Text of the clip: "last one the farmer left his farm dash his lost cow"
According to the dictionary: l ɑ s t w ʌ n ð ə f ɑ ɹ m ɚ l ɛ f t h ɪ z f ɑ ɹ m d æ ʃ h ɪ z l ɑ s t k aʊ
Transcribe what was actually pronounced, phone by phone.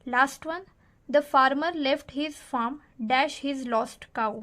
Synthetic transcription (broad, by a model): l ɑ s t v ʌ n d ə f ɑ ɹ m ɚ l ɛ f t h ɪ z f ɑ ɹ m d æ ʃ h ɪ z l ɑ s t k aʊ